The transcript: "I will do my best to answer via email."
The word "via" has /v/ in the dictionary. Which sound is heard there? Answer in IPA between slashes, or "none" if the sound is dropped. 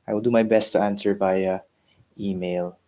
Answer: /b/